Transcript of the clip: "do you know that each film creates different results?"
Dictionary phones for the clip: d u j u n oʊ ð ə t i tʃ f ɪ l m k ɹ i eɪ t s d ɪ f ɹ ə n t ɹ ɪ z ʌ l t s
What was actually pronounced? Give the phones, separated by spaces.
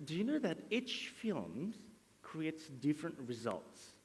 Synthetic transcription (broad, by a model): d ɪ j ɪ n oʊ ð ə t i tʃ f ɪ l m k ɹ i eɪ t s d ɪ f ɹ ə n t ɹ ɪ z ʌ l t s